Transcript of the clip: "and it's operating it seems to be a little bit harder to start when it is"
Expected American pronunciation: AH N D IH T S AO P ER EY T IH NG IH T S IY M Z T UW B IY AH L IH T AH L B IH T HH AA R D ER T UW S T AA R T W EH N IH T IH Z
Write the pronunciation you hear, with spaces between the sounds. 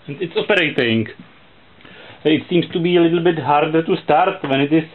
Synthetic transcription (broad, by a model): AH N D IH T S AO P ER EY T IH NG IH T S IY M S T UW B IY AH L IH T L B IH T HH AA R D ER T UW S T AA R T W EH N IH T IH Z